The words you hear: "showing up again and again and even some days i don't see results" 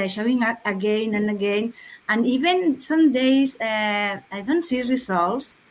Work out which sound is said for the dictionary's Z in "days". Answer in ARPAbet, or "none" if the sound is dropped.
S